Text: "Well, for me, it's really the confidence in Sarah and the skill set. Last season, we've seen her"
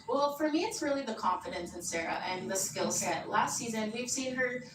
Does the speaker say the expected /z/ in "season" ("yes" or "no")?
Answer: yes